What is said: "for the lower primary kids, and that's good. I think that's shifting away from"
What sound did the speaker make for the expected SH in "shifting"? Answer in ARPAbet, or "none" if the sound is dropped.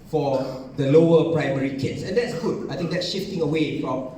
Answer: SH